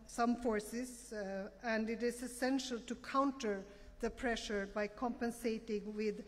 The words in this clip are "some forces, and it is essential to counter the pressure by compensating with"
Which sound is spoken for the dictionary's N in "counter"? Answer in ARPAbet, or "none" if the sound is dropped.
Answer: N